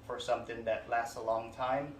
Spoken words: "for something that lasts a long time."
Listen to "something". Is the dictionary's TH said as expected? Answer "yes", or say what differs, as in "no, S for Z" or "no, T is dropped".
yes